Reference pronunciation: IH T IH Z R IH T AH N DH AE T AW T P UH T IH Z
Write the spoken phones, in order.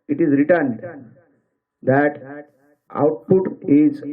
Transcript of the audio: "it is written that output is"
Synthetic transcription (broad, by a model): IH T IH Z R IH T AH N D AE T AW T P UH T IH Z